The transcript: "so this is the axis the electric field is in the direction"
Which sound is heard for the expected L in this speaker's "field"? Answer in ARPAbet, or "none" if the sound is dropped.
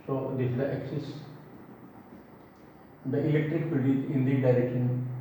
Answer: none